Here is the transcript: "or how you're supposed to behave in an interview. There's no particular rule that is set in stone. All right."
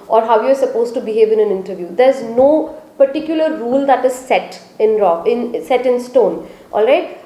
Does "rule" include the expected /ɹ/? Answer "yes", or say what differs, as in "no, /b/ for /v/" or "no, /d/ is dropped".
yes